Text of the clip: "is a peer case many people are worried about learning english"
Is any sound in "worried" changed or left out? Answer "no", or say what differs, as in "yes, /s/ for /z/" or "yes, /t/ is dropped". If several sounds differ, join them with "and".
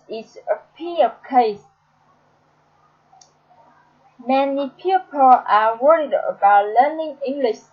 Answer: no